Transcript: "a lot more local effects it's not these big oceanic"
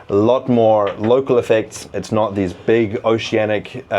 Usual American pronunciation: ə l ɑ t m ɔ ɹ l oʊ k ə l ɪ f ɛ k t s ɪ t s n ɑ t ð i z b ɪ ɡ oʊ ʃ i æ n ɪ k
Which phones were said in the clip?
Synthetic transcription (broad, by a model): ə l ɑ t m ɔ ɹ l oʊ k ə l ɪ f ɛ k t s ɪ t s n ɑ t ð i z b ɪ ɡ oʊ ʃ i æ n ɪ k